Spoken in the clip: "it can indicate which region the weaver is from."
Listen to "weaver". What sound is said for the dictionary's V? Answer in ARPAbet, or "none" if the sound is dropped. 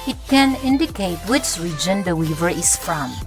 V